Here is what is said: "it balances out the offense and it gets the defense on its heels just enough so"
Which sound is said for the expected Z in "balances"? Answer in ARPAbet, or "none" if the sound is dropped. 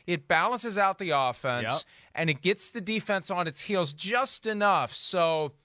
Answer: Z